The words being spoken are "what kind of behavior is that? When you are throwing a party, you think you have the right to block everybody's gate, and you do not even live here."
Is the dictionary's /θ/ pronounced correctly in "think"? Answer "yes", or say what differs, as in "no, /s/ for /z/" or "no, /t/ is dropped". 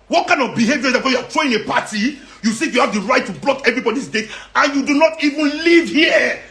no, /s/ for /θ/